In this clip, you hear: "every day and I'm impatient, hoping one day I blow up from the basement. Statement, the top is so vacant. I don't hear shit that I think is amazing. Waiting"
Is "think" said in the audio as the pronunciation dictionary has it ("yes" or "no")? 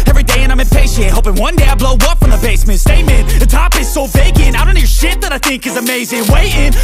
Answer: yes